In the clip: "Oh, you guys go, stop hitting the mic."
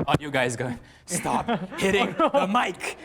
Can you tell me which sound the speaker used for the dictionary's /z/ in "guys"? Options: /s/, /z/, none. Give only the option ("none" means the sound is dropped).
/z/